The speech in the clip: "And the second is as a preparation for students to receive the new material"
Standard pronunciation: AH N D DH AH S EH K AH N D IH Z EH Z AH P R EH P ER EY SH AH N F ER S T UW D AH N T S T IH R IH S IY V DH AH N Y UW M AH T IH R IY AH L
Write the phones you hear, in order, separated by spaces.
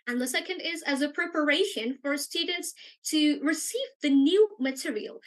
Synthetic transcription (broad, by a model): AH N DH AH S EH K AH N D IH Z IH Z AH P R EH P ER EY SH AH N F ER S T UW D N T S T IH R IH S IY V DH AH N Y UW M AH T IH R IY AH L